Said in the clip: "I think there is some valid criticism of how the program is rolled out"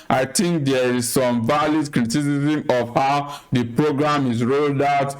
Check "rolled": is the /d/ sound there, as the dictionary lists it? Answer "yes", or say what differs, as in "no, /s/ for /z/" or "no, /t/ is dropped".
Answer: yes